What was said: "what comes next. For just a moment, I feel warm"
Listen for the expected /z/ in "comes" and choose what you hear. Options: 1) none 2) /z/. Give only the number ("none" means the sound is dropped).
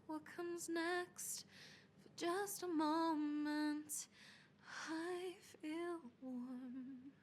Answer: 2